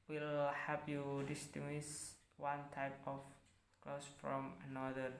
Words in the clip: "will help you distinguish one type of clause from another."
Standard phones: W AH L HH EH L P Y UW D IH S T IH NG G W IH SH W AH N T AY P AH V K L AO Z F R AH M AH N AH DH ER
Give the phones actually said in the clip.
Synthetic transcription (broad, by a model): W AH L HH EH P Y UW D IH S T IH NG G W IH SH W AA N T AY P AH F K L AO S F R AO M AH N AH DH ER